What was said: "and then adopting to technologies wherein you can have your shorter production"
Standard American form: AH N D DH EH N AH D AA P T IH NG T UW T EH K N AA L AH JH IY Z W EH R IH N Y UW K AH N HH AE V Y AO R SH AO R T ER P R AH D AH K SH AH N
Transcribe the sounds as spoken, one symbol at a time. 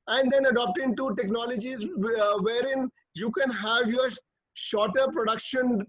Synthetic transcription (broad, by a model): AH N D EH N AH D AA P T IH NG T UW T EH K N AA L AH JH IY Z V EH R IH N Y UW K AH N HH AE V Y AO R SH AO R T ER P R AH D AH K SH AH N